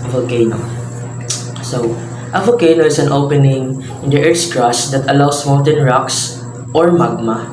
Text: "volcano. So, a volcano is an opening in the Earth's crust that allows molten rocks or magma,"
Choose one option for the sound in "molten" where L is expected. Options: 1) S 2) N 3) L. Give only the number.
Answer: 2